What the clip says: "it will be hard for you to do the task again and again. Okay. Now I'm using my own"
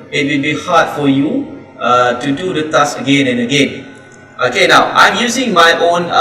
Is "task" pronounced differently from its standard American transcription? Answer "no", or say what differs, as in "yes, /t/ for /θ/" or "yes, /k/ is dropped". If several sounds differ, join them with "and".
yes, /k/ is dropped